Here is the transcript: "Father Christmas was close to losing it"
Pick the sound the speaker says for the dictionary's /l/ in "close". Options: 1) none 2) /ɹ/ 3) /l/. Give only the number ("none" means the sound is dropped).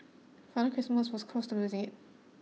1